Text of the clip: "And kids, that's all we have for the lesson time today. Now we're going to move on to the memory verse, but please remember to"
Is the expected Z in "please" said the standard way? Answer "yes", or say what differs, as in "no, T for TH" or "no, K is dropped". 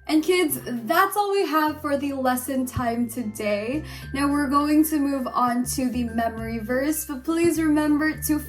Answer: yes